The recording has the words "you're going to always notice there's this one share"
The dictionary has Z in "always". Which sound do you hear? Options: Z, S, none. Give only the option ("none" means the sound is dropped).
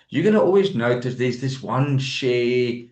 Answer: Z